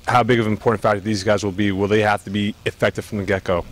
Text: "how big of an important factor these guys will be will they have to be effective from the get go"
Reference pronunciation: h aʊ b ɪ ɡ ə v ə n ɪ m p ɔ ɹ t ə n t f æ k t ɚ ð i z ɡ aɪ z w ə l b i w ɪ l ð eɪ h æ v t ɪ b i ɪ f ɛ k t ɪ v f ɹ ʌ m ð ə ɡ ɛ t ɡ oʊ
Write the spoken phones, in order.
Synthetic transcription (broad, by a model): h aʊ b ɪ ɡ ə v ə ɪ m p ɔ ɹ t n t f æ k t ð i z ɡ aɪ z w ə l b i w ɪ l ð eɪ h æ f t ɪ b i ɪ f ɛ k t ɪ v f ɹ ʌ m ð ə ɡ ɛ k oʊ